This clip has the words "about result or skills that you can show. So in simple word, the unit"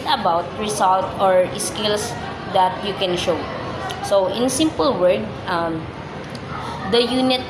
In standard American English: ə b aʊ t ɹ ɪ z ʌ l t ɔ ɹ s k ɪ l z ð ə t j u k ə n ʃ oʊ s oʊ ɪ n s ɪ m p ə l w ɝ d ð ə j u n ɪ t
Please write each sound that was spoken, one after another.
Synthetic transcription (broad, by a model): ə b aʊ t ɹ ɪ s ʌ l t ɔ ɹ s k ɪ l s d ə t j u k ə n ʃ oʊ s oʊ ɪ n s ɪ m p ə l w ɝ d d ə j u n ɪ t